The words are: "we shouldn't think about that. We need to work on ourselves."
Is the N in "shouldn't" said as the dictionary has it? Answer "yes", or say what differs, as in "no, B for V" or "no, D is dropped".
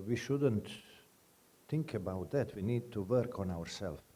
yes